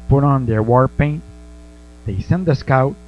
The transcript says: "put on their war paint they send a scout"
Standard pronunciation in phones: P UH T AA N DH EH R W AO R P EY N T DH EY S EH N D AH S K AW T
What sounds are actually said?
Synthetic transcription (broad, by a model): P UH T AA N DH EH R W AO R P EY N T DH EY S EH N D AH S K AW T